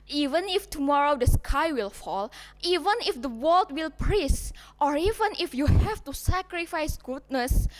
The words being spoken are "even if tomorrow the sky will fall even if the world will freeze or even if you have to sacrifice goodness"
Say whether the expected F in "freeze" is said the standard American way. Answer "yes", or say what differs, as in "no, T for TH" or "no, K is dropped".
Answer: no, P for F